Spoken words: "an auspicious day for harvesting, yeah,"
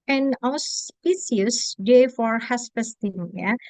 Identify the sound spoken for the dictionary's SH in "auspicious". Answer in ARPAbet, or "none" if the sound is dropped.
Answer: S